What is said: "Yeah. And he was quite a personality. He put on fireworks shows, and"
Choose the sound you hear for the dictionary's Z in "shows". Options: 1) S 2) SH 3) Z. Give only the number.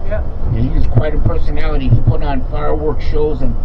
3